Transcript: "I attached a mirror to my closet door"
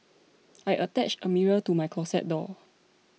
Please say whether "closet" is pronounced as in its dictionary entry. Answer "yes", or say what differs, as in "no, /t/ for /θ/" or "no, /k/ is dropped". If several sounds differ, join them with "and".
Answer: no, /s/ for /z/